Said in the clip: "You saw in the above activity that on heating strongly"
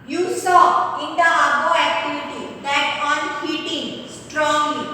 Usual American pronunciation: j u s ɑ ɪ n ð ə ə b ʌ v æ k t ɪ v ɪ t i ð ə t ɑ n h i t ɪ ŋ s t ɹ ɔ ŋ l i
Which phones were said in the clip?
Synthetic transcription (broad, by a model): j u s ɑ ɪ n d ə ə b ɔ æ k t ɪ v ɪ t i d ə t ɑ n h i t ɪ ŋ s t ɹ ɔ ŋ l i